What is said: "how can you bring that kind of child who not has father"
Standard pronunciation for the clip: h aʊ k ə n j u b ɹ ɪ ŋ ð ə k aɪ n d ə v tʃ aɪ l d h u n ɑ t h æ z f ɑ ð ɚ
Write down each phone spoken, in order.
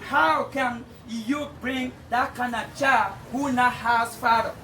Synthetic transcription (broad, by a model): h aʊ k ə n j u b ɹ ɪ ŋ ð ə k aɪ n ə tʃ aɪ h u n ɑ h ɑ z f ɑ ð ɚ